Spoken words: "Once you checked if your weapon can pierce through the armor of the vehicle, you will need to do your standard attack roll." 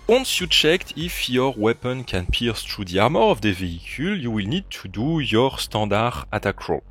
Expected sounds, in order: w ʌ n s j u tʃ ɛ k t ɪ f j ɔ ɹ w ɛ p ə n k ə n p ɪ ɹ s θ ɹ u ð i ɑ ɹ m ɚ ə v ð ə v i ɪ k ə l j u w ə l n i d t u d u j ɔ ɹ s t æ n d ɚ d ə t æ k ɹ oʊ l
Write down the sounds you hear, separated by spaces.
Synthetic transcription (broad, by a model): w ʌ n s j u tʃ ɛ k t ɪ f j ɔ ɹ w ɛ p ə n k ə n p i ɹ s t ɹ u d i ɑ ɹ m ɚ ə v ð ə v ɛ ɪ k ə l j u w ə l n i d t u d u j ɔ ɹ s t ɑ d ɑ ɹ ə t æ k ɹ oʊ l